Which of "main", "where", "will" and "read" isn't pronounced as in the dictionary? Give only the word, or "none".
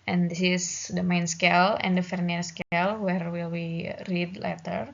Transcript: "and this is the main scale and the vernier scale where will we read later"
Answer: none